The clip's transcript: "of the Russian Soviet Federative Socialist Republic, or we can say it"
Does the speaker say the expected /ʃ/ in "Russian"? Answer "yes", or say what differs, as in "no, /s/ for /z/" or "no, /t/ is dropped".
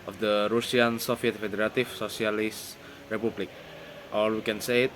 no, /s/ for /ʃ/